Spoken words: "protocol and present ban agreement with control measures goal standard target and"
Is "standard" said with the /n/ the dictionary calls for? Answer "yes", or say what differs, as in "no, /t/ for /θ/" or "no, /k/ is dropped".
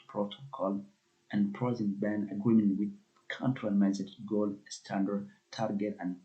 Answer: yes